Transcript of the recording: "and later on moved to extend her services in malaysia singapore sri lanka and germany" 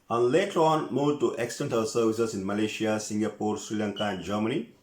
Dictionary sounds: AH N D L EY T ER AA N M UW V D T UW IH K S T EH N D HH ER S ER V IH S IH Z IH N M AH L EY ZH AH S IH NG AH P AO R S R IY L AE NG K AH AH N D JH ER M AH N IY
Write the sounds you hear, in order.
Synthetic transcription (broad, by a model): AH N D L EY T ER AA N M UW D T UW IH K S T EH N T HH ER S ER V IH S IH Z IH N M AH L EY SH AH S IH NG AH P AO R S R IY L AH NG K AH AH N D JH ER M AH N IY